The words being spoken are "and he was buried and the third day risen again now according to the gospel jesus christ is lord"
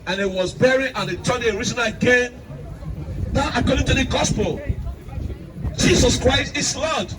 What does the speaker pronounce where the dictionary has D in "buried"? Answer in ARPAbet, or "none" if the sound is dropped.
none